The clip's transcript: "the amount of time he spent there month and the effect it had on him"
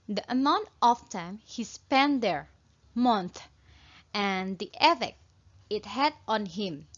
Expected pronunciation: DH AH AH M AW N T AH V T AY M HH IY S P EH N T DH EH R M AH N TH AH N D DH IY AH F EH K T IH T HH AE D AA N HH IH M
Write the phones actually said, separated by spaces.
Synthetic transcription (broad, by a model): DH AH AH M AW N T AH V T AY M HH IY S P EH N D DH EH R M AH N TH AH N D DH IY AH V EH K IH T HH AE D AA N HH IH M